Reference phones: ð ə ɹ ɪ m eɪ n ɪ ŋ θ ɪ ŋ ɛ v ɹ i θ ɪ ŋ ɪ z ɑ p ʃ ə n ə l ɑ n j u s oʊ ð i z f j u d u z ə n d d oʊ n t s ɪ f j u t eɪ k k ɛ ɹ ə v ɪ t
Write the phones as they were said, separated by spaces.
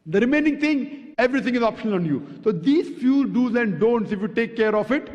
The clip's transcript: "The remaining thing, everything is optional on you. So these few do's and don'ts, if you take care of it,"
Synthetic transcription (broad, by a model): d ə ɹ ɪ m eɪ n ɪ ŋ t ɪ ŋ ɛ v ɹ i t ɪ ŋ ɪ z ɑ p ʃ ə n ə l ɑ n j u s oʊ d i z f j u d u z ə n d d oʊ n t s ɪ f j u t eɪ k k ɛ ɹ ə f ɪ t